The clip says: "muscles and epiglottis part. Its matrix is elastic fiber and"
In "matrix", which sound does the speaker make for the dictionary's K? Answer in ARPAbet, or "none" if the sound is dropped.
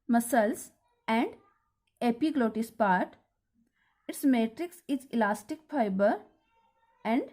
K